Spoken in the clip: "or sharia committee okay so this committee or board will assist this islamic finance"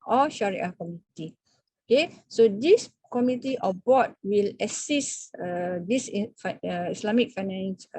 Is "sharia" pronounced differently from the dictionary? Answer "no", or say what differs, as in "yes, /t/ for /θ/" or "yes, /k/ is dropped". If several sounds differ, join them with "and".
no